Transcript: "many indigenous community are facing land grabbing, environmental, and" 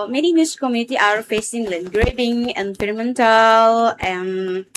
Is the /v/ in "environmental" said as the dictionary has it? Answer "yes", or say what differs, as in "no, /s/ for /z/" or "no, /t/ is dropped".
no, /p/ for /v/